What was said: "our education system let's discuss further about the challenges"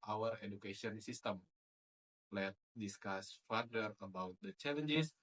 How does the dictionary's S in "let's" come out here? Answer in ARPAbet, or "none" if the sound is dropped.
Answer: none